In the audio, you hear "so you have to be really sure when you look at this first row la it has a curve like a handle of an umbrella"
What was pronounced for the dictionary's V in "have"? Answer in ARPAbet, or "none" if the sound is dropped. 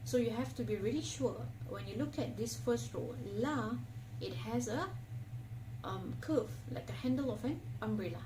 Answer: F